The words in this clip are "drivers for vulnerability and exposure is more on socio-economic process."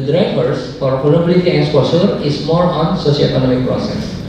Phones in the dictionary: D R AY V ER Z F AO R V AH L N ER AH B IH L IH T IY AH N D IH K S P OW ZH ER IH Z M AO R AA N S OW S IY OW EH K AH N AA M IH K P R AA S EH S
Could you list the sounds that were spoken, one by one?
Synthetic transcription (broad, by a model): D R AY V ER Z F AO R P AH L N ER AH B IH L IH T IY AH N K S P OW S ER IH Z M AO R AA N S OW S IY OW EH K AH N AA M IH K P R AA S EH S